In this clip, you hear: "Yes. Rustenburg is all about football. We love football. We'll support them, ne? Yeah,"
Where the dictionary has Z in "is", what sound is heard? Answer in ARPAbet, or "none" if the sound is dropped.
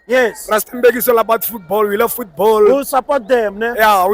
S